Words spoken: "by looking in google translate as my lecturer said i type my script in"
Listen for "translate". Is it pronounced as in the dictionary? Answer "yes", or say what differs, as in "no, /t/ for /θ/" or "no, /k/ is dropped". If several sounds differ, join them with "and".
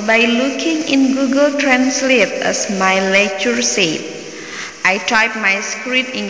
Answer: yes